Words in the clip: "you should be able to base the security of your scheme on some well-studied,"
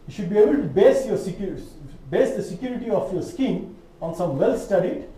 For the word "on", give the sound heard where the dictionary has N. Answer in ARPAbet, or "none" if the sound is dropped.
N